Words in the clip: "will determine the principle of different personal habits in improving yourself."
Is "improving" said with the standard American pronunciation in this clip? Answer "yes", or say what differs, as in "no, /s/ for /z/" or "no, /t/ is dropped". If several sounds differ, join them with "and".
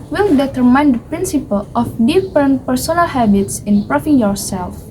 no, /f/ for /v/